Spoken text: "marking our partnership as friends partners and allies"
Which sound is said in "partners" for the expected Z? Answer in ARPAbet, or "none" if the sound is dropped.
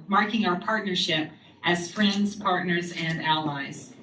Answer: Z